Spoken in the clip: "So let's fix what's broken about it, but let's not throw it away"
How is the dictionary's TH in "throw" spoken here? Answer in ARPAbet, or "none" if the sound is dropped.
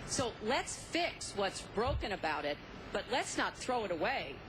TH